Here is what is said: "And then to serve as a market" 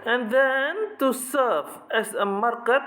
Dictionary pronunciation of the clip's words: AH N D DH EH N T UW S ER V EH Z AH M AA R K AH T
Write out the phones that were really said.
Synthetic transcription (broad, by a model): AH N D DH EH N T UW S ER F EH S AH M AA R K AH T